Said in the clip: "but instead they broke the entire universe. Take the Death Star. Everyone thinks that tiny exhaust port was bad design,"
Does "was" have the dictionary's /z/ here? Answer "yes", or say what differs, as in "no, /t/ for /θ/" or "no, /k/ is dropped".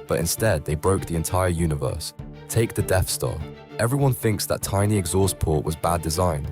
yes